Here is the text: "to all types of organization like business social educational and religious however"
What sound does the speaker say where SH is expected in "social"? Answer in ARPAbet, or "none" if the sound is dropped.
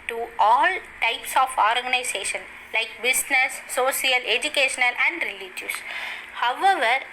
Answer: none